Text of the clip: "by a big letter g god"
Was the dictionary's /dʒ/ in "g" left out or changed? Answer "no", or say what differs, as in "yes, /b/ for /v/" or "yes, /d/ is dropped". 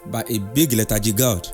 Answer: no